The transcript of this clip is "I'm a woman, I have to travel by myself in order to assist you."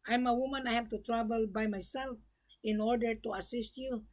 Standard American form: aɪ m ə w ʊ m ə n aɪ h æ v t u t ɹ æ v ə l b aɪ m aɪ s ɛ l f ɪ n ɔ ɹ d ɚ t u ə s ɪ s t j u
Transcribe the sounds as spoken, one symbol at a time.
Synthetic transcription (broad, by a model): aɪ m ə w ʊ m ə n aɪ h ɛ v t u t ɹ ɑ b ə l b aɪ m aɪ s ɛ l f ɪ n ɔ ɹ d ɚ t u ə s ɪ s t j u